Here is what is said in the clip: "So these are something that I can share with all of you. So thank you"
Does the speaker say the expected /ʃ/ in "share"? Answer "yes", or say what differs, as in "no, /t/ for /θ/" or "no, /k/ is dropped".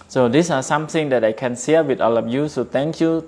no, /s/ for /ʃ/